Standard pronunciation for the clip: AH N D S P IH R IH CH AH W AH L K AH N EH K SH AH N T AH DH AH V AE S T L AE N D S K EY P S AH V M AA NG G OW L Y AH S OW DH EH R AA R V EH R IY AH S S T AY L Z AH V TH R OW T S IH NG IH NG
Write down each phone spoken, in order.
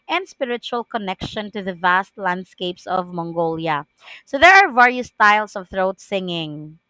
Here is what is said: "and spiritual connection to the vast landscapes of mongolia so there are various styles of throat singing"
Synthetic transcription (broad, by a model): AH N D S P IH R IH CH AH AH L K AH N EH K SH AH N T AH DH AH V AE S T L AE N D S K EY P S AH V M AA NG G OW L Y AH S OW DH EH R AA R V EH R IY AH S S T AY L S AH V TH R OW T S IH NG IH NG